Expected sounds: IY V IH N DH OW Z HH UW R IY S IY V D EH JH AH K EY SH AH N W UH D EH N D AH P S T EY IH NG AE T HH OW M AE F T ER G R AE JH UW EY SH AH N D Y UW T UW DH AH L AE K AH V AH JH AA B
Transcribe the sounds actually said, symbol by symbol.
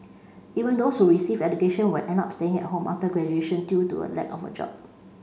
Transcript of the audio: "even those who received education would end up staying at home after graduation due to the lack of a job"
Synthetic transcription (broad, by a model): IY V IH N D OW S HH UW R IY S IY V EH JH AH K EY SH AH N W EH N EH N AA P S T EY IH NG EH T HH OW M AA F T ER G R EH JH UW EY SH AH N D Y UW T UW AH L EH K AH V AH JH AA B